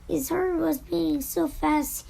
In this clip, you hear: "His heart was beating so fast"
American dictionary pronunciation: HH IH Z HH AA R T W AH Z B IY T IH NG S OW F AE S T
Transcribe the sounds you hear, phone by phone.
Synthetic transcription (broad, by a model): HH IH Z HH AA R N W AH Z B IY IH NG S OW F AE S T